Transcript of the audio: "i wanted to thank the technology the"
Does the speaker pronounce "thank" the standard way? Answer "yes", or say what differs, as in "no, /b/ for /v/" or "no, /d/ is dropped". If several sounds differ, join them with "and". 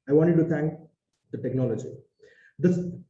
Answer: no, /t/ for /θ/